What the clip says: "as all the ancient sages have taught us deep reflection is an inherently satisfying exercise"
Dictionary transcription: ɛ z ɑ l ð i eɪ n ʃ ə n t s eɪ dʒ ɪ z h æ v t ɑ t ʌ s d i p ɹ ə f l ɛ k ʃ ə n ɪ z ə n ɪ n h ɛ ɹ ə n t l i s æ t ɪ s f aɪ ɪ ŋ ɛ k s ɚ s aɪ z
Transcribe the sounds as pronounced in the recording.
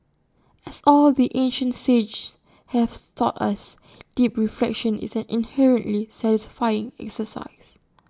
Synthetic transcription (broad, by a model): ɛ s ɑ l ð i eɪ n ʃ ə n t s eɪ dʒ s h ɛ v t ɑ t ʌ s d i p ɹ ə f l ɛ k ʃ ə n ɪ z ə n ɪ n h ɛ ɹ ə n t l i s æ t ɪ s f aɪ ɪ ŋ ɛ k s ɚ s aɪ s